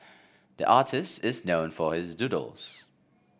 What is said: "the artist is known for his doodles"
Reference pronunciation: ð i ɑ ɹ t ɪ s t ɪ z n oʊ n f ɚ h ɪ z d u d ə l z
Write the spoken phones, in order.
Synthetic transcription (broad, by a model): ð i ɑ ɹ t ɪ s t ɪ z n oʊ n f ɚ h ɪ z d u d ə l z